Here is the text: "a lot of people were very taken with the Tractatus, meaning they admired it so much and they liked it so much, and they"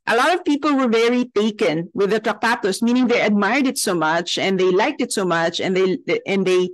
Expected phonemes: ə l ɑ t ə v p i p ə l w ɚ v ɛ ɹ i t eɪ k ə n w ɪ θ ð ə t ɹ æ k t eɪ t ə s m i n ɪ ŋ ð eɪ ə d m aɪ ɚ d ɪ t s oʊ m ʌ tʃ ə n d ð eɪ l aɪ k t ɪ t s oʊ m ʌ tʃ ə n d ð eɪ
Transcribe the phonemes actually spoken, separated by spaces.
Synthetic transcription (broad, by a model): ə l ɑ t ə v p i p ə l w ɚ v ɛ ɹ i t eɪ k ə n w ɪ ð ə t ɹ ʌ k t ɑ t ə s m i n ɪ ŋ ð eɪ ə d m aɪ ɚ d ɪ t s oʊ m ʌ tʃ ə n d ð eɪ l aɪ k t ɪ t s oʊ m ʌ tʃ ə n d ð eɪ